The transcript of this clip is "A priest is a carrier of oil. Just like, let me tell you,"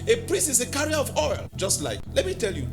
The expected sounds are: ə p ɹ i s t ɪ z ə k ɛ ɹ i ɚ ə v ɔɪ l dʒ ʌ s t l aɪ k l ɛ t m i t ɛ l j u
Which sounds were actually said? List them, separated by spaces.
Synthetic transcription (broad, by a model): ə p ɹ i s ɪ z ə k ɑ ɹ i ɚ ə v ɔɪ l dʒ ʌ s t l aɪ k l ɛ t m i t ɛ l j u